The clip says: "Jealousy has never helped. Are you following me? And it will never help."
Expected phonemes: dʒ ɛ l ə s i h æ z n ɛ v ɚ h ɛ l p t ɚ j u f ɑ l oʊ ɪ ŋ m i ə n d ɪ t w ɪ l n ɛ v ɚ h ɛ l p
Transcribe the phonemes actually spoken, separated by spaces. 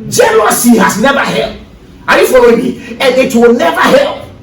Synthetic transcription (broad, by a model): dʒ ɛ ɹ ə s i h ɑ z n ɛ v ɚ h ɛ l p ɑ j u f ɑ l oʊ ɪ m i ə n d ɪ t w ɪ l n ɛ v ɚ h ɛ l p